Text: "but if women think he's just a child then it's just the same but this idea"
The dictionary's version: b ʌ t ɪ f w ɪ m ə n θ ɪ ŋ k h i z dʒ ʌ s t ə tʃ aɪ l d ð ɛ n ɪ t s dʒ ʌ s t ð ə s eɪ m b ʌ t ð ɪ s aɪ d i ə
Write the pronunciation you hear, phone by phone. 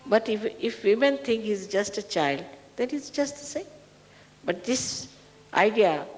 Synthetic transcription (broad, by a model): b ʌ t ɪ f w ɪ m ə n t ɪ ŋ k h i z dʒ ʌ s t ə tʃ aɪ l d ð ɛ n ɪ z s dʒ ʌ s t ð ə s eɪ m b ʌ t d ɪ s aɪ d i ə